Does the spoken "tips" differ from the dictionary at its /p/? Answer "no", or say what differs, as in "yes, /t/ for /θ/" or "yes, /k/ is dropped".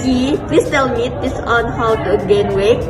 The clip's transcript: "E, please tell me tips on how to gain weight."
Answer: yes, /p/ is dropped